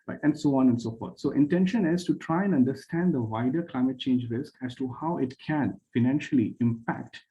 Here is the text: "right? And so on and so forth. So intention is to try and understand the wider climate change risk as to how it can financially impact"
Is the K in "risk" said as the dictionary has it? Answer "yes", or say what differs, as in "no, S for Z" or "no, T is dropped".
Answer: yes